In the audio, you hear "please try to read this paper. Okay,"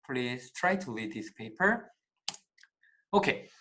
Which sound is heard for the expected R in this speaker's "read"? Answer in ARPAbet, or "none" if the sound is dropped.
L